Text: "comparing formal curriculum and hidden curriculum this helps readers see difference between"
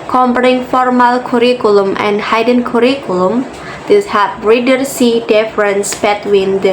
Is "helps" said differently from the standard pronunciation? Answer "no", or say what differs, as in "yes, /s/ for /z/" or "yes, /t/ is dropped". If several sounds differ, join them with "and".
yes, /l/ is dropped and /s/ is dropped